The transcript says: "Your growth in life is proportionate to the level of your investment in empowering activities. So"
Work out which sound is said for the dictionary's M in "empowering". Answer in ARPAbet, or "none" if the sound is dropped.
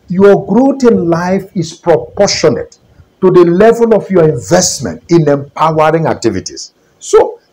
M